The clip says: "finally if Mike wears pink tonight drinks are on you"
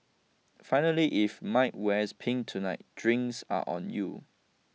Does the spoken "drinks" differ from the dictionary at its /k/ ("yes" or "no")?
yes